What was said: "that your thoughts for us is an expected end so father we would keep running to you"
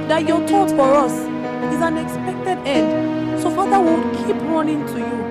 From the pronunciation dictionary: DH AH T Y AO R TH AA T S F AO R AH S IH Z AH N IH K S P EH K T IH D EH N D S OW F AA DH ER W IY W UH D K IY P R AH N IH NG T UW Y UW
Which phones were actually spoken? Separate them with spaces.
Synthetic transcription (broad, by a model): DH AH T Y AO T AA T F AO R AH S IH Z AH N IH K S P EH K T IH D EH N D S OW F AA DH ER W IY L K IY P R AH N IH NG T UW Y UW